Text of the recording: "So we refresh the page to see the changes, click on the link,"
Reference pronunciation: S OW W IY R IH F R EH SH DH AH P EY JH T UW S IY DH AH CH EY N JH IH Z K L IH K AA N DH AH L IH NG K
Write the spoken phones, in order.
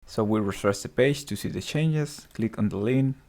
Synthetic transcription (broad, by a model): S OW W IY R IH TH R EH S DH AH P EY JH T UW S IY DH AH CH EY N JH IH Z K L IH K AA N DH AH L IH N